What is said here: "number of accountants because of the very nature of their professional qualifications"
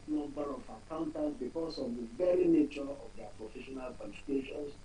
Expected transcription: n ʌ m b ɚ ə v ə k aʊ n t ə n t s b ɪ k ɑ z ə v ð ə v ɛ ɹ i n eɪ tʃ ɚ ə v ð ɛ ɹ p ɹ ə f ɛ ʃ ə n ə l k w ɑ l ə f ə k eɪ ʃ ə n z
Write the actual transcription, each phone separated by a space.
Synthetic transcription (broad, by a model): n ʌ m b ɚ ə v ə k aʊ n t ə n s b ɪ k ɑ s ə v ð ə v ɛ ɹ i n eɪ tʃ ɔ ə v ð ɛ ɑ p ɹ ə f ɛ ʃ ə n ə l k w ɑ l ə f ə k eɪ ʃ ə n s